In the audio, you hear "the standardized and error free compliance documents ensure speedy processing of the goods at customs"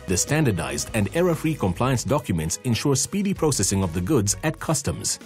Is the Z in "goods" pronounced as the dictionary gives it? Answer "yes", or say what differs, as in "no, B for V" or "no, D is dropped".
yes